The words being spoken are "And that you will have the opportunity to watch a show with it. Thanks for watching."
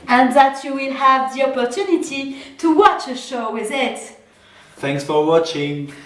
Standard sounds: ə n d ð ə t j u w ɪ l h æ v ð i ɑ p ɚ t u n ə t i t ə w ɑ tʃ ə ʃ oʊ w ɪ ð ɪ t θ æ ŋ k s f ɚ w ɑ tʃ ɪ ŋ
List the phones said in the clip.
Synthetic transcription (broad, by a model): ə n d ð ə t j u w ɪ l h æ v ð i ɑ p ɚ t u n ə t i t ə w ɑ tʃ ə ʃ oʊ w ɪ ð ɪ t θ æ ŋ k s f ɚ w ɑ tʃ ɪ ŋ